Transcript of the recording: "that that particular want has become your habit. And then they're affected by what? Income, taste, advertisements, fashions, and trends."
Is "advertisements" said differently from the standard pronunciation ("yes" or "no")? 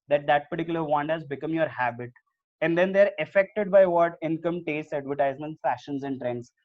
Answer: yes